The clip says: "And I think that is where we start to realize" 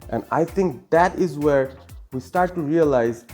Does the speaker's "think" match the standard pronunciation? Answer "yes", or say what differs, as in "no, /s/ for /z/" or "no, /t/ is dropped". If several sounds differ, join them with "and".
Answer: no, /t/ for /θ/